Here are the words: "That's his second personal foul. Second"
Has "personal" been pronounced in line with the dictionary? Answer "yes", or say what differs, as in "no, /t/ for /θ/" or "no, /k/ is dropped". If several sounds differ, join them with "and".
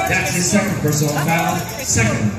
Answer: no, /n/ is dropped and /n/ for /l/